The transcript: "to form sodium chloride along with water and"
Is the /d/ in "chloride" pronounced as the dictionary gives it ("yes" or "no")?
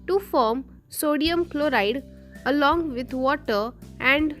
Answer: yes